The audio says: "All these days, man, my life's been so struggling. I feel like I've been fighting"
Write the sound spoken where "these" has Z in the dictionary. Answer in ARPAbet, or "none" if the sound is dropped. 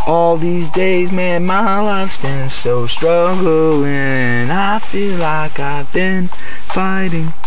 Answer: Z